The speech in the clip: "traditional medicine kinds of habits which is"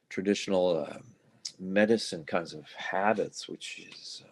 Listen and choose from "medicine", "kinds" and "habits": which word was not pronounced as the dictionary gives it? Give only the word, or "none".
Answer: none